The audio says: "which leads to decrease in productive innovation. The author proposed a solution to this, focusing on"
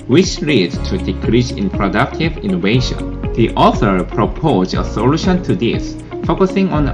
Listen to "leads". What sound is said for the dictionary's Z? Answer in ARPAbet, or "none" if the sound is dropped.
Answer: none